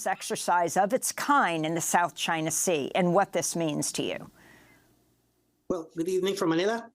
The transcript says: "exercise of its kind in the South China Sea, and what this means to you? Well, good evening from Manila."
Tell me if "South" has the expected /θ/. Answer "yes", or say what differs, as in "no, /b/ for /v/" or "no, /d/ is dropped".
yes